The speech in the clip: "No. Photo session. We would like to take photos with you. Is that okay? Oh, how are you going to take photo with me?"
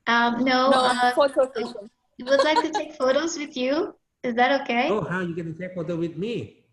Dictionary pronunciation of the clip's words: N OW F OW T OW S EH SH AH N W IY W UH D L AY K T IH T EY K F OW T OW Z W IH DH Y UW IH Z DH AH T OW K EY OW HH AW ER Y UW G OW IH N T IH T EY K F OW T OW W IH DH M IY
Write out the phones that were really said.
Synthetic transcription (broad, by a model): N OW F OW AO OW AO AH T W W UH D L AY K T IH T EY K F OW T OW Z W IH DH Y UW IH Z DH AH T OW K EY OW HH AW Y UW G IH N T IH T EY K F OW T OW W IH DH M IY